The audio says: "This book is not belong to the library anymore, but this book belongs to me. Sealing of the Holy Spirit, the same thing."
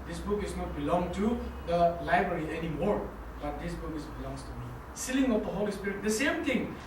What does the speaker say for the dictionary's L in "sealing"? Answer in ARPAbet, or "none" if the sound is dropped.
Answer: L